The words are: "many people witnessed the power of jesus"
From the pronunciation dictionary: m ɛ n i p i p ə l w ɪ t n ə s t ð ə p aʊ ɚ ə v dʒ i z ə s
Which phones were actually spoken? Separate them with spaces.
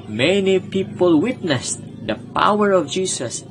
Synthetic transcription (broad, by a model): m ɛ n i p i p ə l w ɪ t n ə s t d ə p aʊ ɚ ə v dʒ i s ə s